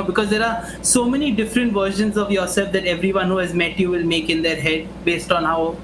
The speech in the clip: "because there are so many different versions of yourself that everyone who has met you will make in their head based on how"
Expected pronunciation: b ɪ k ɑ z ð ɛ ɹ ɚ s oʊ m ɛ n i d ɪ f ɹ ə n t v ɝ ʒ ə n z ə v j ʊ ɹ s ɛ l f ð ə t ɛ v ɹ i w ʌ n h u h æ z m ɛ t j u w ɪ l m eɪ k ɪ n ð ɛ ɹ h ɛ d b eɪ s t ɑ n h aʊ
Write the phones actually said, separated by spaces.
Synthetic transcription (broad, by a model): b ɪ k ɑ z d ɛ ɹ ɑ s oʊ m ɛ n i d ɪ f ɹ ə n t v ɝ ʃ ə n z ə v j ʊ ɹ s ɛ l f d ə t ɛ v ɹ i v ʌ n h u h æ z m ɛ t j u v ɪ l m eɪ k ɪ n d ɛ ɹ h ɛ d b eɪ s t ɑ n h aʊ